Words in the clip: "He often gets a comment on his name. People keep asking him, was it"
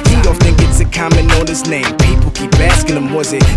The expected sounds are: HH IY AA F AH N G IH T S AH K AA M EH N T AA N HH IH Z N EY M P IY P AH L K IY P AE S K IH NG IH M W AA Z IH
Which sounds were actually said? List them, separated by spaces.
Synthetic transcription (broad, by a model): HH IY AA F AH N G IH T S AH K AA M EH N AA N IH S N EY M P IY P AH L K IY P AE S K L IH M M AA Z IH